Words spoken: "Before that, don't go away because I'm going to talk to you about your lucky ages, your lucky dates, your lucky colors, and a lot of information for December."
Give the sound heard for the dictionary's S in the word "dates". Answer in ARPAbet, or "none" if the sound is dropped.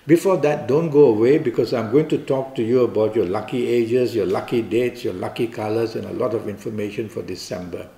S